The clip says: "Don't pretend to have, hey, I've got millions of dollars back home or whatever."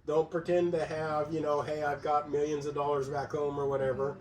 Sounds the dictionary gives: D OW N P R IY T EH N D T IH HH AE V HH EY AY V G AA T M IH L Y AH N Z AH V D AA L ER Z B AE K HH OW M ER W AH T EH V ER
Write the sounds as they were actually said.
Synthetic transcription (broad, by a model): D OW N P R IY T EH N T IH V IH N HH EY AY V G AA T M IH L Y AH N Z AH V D AA L ER Z B AE K HH OW M ER W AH T EH V ER